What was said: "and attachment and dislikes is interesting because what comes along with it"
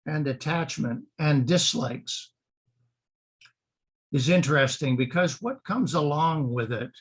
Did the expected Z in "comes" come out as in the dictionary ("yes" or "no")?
yes